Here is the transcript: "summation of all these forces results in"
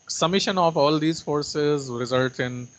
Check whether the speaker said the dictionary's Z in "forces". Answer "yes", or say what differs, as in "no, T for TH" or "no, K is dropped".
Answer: yes